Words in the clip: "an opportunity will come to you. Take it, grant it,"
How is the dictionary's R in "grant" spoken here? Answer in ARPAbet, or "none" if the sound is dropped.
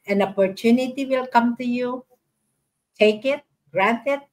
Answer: R